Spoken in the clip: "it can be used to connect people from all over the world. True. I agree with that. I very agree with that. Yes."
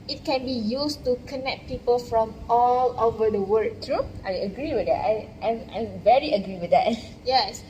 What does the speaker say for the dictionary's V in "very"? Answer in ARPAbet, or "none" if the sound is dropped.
V